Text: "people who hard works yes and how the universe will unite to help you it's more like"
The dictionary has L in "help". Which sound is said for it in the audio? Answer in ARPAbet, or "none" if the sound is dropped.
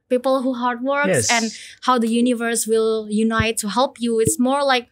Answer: L